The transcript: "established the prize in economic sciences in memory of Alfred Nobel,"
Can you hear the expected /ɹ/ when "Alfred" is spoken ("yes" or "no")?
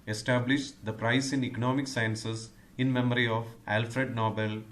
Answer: yes